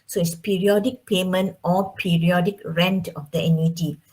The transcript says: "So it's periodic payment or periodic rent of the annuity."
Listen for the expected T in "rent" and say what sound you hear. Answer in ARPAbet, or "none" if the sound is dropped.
T